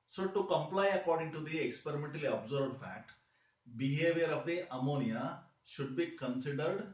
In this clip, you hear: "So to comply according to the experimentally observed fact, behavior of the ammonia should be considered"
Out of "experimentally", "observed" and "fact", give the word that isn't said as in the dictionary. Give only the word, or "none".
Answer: observed